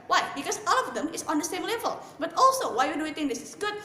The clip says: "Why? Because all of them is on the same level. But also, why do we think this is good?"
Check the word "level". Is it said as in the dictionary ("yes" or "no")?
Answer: yes